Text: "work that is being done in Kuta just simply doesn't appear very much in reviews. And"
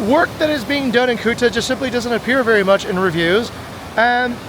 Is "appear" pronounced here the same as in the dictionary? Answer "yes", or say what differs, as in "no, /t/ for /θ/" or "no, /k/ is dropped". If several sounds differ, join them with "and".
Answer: yes